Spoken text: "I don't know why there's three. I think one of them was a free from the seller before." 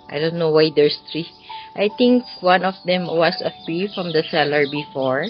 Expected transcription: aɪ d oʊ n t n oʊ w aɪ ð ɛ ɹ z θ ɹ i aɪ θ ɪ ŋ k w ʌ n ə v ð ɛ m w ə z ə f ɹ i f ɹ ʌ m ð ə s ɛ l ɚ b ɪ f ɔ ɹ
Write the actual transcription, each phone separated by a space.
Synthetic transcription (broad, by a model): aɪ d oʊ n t n oʊ w aɪ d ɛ ɹ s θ ɹ i aɪ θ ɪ ŋ k w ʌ n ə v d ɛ m w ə s ə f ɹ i f ɹ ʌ m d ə s ɛ l ɚ b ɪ f ɔ ɹ